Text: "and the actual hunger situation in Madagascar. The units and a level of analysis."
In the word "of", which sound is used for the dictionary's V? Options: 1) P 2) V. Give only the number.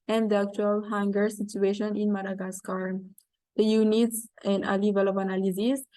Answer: 1